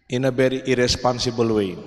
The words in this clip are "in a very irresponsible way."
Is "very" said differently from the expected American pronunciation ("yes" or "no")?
yes